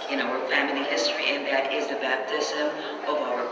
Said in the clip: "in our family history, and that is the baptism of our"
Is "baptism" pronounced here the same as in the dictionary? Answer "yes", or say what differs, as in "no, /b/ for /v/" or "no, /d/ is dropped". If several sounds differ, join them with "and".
yes